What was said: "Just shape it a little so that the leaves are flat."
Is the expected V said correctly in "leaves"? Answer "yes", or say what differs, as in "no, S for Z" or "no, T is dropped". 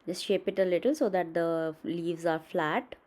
yes